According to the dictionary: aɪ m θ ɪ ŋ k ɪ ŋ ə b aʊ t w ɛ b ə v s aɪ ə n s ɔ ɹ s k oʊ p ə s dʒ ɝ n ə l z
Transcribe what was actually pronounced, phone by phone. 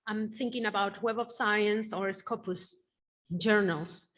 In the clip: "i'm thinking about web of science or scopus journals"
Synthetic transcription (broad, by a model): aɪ m θ ɪ ŋ k ɪ ŋ ə b aʊ t w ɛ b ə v s aɪ ə n s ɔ ɹ s k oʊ p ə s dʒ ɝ n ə l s